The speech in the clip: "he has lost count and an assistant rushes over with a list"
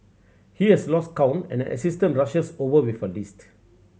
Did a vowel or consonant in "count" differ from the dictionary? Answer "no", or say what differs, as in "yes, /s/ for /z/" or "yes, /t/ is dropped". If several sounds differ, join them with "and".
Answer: yes, /t/ is dropped